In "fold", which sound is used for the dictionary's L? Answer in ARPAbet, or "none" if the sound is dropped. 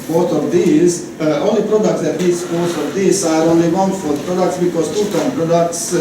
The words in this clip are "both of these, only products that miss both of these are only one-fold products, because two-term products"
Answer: none